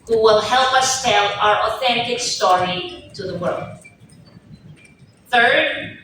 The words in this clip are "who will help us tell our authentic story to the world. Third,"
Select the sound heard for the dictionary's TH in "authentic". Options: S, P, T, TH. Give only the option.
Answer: TH